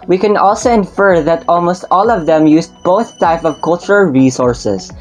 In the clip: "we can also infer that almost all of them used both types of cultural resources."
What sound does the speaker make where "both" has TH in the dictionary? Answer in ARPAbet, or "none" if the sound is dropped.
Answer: TH